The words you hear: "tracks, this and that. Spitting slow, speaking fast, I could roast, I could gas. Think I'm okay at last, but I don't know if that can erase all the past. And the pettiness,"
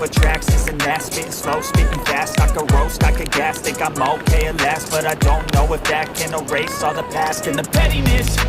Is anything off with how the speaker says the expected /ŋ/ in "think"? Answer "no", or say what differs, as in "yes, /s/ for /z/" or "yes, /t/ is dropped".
yes, /ŋ/ is dropped